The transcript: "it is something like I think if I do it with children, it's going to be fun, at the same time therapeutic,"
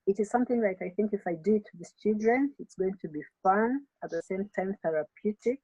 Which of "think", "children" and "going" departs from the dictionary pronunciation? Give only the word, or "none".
none